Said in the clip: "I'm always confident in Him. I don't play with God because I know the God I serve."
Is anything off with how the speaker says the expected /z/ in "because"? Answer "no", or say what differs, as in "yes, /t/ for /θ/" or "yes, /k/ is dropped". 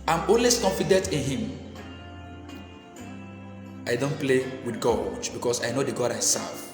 yes, /s/ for /z/